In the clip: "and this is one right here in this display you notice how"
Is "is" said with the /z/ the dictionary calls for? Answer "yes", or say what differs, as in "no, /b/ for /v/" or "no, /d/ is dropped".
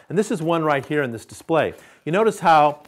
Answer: yes